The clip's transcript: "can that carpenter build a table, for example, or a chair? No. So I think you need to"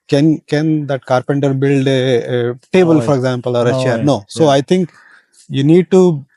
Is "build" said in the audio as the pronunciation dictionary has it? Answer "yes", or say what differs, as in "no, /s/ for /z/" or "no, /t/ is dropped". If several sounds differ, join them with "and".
yes